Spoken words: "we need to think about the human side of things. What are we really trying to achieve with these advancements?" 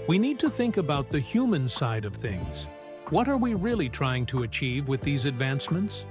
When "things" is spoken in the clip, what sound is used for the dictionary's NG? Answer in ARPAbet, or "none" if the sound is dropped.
NG